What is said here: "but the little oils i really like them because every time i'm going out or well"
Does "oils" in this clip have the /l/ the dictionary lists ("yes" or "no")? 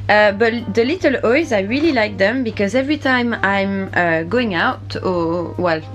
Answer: no